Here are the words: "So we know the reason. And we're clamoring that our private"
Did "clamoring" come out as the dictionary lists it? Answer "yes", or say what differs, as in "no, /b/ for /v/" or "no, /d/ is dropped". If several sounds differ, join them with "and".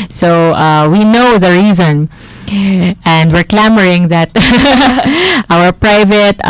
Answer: yes